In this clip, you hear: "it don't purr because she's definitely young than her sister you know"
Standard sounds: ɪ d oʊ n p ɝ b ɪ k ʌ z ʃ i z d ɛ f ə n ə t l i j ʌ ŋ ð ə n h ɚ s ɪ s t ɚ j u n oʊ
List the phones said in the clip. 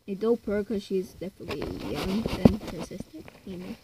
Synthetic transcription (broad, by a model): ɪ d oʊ l p ɝ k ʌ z ʃ i z d ɛ f ə n ə t l i j ʌ ŋ ð ə n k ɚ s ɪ s t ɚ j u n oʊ